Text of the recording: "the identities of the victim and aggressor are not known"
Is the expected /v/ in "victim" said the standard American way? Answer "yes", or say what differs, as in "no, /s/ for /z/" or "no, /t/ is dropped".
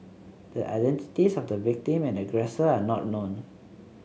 yes